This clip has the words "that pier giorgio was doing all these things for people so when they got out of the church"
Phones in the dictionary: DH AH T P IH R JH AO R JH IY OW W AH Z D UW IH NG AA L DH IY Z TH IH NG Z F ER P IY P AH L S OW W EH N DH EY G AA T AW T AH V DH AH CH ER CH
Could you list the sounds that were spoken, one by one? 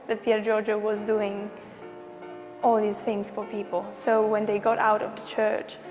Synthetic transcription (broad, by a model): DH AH T P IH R JH AO R JH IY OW W AH Z D UW IH NG AA L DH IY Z TH IH NG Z F ER P IY P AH L S OW W EH N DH EY G AA T AW T AH V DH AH CH ER CH